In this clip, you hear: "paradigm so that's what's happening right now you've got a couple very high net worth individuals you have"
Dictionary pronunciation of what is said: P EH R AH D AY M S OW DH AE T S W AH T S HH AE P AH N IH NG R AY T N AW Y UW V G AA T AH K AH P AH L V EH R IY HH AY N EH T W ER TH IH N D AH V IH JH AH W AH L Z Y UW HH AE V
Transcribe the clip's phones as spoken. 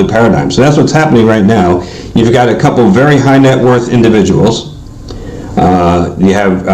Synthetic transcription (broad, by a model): P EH R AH D AY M S OW DH AE T S W AH T S HH AE P AH N IH NG R AY T N AW Y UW V G AA T AH K AH P L V EH R IY HH AY N EH T W ER TH IH N D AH V IH JH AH W L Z Y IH V